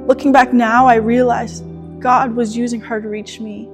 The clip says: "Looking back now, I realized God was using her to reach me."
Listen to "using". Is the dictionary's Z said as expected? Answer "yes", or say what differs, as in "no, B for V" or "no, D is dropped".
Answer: yes